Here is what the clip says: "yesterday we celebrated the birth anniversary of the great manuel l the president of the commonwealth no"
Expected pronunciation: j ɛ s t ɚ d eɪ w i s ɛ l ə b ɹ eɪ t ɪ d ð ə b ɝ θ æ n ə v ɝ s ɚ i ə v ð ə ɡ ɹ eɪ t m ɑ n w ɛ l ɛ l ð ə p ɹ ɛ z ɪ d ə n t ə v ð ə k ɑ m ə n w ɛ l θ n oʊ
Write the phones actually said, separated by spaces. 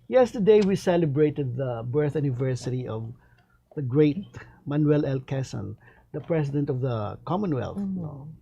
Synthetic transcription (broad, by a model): j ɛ s t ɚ d eɪ w i s ɛ l ə b ɹ eɪ t ɪ d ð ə b ɝ θ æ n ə v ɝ s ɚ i ə v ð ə ɡ ɹ eɪ t m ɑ n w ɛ l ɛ l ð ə p ɹ ɛ s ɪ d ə n t ə v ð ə k ɑ m ə n w ɛ l θ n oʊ